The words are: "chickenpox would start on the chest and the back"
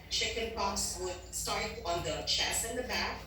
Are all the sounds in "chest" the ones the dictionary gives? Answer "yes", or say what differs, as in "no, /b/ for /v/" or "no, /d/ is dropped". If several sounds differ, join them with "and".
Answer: no, /t/ is dropped